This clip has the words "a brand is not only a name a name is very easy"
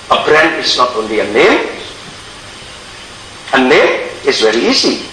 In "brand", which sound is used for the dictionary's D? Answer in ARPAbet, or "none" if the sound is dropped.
none